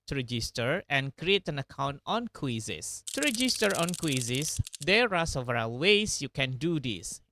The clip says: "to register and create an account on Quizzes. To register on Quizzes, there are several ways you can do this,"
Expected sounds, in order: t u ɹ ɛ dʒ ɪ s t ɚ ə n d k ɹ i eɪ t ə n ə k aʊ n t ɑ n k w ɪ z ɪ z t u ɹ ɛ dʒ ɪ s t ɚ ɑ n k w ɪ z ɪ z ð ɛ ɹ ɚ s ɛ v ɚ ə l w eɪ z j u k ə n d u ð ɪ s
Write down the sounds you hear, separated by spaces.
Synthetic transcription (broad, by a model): t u ɹ ɛ dʒ ɪ s t ɚ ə n k ɹ i eɪ t ə n ə k aʊ n t ɑ n k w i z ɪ s t u ɹ ɛ dʒ ɪ s t ɚ ɑ n k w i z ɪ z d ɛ ɹ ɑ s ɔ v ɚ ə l w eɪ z j u k ə n d u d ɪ s